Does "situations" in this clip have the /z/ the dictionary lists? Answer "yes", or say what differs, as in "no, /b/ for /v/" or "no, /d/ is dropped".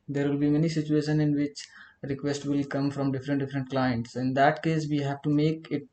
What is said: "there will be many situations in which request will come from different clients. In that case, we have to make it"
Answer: no, /z/ is dropped